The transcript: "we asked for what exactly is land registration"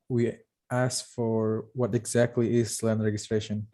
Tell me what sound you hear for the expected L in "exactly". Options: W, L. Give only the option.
L